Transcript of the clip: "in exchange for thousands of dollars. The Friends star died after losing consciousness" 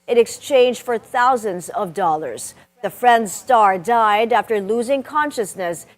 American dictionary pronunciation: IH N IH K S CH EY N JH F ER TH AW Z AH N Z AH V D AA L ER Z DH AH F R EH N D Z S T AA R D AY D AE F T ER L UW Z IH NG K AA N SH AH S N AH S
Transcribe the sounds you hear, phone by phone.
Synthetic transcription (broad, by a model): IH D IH K S CH EY N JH F ER TH AW Z AH N Z AH V D AA L ER Z DH AH F R EH N D Z S T AA R D AY D AE F T ER L UW Z IH NG K AA N SH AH S N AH S